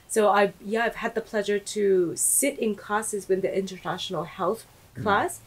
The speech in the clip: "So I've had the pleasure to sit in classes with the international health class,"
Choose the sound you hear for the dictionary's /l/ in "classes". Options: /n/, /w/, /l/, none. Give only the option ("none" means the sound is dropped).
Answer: none